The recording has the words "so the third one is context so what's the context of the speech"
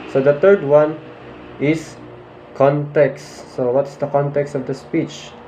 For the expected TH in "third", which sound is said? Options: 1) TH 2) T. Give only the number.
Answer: 2